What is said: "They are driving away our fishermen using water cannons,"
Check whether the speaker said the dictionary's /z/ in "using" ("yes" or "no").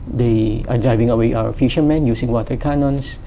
no